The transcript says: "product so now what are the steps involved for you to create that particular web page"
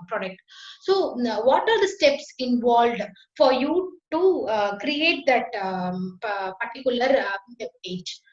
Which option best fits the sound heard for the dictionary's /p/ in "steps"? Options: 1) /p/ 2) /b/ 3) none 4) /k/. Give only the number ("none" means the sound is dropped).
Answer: 1